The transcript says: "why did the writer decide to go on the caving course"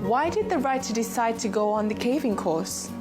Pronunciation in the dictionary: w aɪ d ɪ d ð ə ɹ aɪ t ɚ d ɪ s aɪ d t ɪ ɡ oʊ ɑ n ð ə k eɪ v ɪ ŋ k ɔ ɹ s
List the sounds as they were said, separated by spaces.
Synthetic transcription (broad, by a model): w aɪ d ɪ d ð ə ɹ aɪ t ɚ d ɪ s aɪ d t ɪ ɡ oʊ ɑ n ð ə k eɪ v ɪ ŋ k ɔ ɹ s